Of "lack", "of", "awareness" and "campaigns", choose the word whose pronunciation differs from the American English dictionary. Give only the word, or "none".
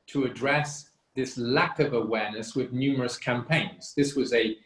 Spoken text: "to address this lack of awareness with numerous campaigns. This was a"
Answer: none